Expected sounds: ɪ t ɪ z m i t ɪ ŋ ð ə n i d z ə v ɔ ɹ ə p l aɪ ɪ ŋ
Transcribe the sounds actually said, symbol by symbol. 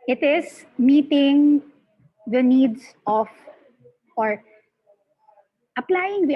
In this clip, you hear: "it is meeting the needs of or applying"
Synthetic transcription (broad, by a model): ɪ t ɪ s m i t ɪ ŋ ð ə n i d s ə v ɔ ɹ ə p l aɪ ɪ ŋ